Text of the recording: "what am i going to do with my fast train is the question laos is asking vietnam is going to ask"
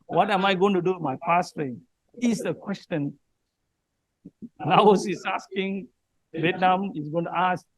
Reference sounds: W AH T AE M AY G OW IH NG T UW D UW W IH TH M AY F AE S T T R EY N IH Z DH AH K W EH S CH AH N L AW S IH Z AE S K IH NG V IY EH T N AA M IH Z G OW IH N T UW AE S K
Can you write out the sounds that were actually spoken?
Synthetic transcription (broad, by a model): W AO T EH M AY G OW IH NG T UW D UW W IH M AY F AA S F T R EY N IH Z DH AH K W EH S CH AH N N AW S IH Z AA S K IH NG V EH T N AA M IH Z G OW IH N T UW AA S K